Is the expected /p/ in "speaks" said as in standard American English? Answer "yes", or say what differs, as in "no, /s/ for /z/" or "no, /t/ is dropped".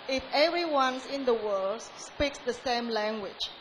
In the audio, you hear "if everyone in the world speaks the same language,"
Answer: yes